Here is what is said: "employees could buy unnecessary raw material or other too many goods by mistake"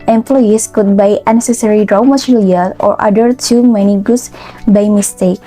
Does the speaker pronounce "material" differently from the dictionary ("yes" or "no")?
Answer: yes